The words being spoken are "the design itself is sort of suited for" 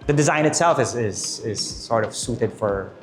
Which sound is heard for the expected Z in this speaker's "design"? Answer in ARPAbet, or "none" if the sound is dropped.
Z